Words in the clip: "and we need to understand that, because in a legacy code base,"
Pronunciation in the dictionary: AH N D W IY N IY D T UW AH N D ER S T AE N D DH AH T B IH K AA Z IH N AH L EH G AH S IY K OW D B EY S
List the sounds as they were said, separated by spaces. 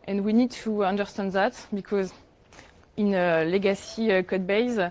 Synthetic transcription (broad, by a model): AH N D W IY N IY D T UW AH N D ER S T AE N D DH AH T B IH K AA Z IH N AH L EH G AH S IY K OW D B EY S